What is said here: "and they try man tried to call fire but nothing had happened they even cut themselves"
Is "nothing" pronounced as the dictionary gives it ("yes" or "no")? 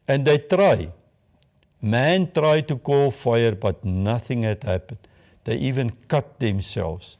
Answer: yes